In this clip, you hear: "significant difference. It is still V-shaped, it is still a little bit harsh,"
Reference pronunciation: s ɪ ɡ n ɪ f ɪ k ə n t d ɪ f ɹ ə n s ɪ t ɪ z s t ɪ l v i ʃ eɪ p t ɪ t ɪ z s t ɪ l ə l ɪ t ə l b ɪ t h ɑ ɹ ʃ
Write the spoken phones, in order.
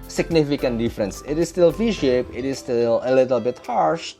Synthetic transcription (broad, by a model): s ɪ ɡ n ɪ f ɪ k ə n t d ɪ f ɹ ə n s ɪ t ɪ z s t ɪ l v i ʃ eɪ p ɪ t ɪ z s t ɪ l ə l ɪ t ə l b ɪ t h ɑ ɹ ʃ